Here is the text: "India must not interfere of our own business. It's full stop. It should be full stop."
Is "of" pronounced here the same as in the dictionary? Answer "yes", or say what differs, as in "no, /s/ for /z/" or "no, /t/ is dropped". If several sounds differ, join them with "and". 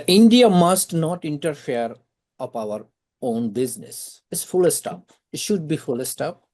no, /p/ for /v/